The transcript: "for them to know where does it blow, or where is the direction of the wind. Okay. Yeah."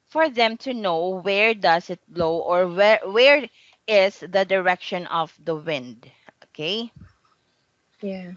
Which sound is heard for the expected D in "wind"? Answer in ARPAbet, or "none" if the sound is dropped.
D